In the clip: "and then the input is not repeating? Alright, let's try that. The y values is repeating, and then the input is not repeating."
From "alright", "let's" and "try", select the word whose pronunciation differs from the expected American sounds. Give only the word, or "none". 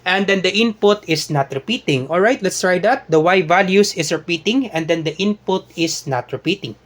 none